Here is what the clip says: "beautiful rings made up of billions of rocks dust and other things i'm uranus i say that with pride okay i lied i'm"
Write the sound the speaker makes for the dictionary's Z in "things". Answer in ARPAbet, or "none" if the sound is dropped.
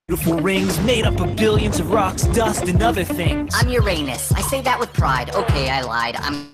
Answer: none